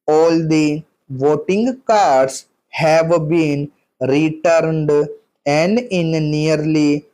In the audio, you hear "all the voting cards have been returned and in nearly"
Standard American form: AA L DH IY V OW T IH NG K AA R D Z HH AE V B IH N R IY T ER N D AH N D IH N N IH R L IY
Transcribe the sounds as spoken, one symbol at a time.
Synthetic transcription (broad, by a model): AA L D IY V OW T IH NG K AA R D S HH AE V B IH N R IY T ER N D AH N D IH N N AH R L IY